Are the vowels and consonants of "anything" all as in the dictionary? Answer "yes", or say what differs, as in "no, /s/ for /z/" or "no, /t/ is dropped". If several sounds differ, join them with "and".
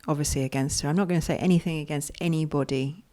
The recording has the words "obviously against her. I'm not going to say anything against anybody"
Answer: yes